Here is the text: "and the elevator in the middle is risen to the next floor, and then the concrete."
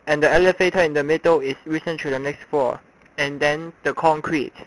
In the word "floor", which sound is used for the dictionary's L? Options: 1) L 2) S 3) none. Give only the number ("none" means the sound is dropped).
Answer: 3